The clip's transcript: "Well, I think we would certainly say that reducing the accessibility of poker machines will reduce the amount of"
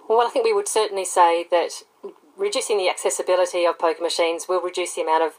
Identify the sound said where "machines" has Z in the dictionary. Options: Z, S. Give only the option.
Z